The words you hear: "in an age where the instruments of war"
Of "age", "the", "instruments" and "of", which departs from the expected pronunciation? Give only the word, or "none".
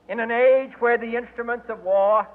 none